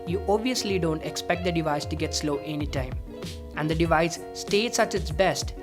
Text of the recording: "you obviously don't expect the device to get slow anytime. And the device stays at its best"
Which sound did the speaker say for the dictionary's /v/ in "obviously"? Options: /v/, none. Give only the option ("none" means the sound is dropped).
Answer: /v/